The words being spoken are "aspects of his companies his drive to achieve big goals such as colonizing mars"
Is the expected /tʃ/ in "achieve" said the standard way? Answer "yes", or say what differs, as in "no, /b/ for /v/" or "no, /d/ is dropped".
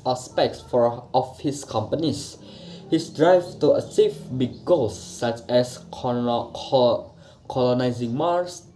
no, /s/ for /tʃ/